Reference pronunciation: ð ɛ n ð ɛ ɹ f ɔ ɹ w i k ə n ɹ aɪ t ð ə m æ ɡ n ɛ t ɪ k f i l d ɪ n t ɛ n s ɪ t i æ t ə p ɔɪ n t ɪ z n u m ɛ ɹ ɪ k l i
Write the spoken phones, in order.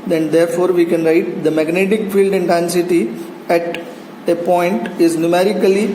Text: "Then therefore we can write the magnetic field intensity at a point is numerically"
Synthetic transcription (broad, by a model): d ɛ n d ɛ ɹ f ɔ ɹ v i k ə n ɹ aɪ t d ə m æ ɡ n ɛ t ɪ k f i l d ɪ n t ɛ n s ɪ t i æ t ə p ɔɪ n t ɪ z n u m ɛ ɹ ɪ k l i